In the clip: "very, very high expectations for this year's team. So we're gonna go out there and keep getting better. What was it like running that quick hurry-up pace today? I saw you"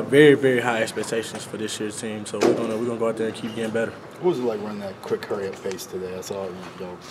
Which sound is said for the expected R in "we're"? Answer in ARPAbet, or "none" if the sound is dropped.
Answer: W